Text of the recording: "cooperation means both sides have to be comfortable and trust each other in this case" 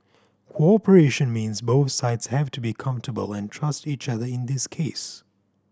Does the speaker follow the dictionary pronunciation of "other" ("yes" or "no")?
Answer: yes